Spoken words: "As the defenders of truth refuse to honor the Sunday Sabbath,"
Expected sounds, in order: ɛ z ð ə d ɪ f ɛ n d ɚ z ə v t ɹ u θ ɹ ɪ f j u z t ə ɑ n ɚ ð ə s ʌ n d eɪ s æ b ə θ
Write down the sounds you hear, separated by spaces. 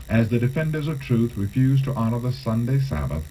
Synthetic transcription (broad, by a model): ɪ z ð ə d ɪ f ɛ n d ɚ z ə v t ɹ u θ ɹ ɪ f j u z t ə ɑ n ɚ ð ə s ʌ n d eɪ s æ b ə θ